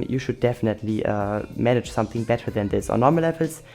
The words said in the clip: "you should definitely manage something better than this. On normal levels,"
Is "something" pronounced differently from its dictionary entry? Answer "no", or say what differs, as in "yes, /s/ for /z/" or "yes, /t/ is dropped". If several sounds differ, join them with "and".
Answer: no